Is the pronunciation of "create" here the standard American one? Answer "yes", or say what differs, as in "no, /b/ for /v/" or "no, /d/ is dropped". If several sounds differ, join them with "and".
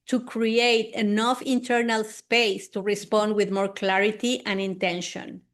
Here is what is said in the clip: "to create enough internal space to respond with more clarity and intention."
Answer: yes